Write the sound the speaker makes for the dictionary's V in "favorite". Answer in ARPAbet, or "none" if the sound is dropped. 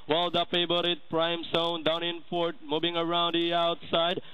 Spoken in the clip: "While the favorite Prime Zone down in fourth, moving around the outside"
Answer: B